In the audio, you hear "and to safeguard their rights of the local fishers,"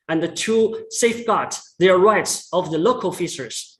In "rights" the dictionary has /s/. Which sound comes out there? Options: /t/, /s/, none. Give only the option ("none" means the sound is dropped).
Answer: /s/